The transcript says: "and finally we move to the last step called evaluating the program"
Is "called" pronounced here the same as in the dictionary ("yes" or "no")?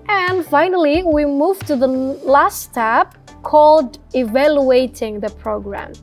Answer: yes